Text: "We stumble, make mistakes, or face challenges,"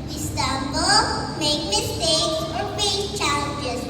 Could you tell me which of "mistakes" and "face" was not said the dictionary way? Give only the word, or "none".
face